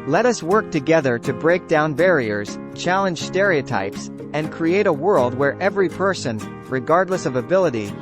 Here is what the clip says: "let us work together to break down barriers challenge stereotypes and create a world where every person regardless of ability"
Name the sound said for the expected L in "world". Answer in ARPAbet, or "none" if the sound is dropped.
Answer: L